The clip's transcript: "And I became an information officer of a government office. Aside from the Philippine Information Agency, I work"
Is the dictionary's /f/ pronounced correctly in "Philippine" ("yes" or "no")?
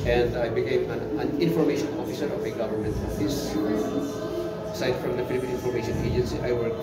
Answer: no